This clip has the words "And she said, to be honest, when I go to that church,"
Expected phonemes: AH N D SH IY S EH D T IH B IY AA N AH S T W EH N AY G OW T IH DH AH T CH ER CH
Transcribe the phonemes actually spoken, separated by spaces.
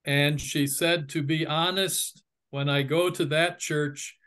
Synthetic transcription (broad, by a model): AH N SH IY S EH D T IH B IY AA N AH S T W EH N AY G OW T IH DH AH T CH ER CH